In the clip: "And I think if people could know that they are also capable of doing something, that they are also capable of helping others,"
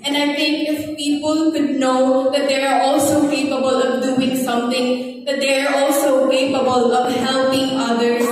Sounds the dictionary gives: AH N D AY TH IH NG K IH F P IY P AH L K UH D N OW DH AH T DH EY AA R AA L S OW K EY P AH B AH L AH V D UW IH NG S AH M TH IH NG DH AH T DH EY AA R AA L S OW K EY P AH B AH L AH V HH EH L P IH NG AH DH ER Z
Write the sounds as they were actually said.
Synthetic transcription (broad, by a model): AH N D AY T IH NG K IH F P IY P AH L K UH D N OW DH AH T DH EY AA R AA L S OW K EY P AH B AH L AH V D UW IH NG S AH M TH IH NG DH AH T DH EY AA R AA L S OW K EY P AH B AH L AH V HH EH L P IH NG AH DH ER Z